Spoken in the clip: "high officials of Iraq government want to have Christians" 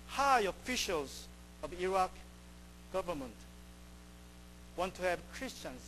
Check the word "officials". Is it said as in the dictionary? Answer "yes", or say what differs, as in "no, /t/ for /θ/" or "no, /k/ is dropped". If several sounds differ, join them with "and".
yes